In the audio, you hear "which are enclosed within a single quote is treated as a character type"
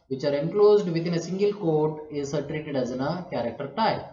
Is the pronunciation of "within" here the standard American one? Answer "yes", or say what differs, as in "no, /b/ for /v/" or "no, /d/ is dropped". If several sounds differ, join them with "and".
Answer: no, /t/ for /θ/